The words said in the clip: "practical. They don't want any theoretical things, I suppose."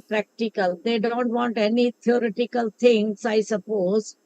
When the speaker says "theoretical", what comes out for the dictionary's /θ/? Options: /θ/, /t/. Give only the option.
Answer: /t/